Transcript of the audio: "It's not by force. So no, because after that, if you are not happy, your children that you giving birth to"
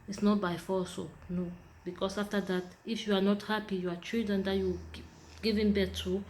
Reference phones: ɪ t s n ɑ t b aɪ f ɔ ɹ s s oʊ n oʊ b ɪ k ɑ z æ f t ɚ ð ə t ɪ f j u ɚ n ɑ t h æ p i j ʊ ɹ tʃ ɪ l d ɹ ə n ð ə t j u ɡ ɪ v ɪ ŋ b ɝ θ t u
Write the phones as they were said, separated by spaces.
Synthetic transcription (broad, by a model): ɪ t s n ɑ t b aɪ f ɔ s s oʊ n oʊ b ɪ k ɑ s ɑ f t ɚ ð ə t ɪ f j u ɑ n ɑ t h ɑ p i j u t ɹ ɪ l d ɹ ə n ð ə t j u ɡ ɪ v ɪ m b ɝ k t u